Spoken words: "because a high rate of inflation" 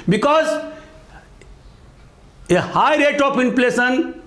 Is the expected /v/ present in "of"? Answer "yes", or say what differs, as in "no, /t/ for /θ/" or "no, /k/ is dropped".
no, /p/ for /v/